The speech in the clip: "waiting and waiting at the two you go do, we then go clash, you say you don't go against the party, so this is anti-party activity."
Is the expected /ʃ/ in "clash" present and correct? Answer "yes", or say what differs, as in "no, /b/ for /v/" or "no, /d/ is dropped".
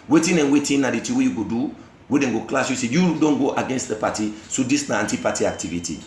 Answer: no, /s/ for /ʃ/